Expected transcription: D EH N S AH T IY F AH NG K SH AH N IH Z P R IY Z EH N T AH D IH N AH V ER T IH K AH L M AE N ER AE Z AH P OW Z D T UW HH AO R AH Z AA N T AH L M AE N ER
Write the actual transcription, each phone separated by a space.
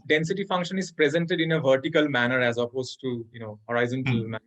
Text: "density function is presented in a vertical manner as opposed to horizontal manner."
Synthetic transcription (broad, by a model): D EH N S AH T IY F AH NG K SH AH N IH Z P R IY Z EH N T AH D IH N AH V ER T IH K AH L M AE N ER AE Z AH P OW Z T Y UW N AO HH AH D AA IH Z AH N M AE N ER